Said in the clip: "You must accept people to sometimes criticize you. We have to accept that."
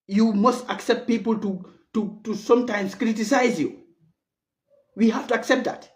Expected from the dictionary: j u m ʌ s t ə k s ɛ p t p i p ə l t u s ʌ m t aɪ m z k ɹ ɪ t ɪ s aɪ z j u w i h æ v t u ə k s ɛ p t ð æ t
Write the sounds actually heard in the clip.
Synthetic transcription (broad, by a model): j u m ʌ s t ə k s ɛ p t p i p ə l t u s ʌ m t aɪ m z k ɹ ɪ t ɪ s aɪ z j u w i h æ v t u ə k s ɛ p t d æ t